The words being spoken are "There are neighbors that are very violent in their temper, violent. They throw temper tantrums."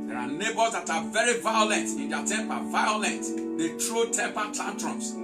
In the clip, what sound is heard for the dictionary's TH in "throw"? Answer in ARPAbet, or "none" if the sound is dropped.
T